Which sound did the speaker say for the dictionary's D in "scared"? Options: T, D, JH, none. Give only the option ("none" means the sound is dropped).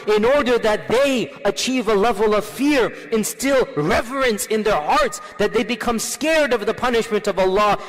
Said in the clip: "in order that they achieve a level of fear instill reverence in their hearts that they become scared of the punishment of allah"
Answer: D